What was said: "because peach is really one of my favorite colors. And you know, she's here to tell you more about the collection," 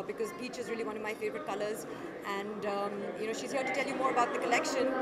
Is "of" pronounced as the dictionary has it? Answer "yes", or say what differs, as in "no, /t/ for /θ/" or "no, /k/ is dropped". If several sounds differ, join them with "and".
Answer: yes